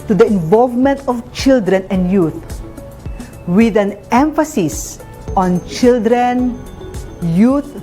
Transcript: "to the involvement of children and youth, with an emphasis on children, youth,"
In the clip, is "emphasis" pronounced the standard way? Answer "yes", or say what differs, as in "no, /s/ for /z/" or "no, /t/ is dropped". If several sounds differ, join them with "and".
yes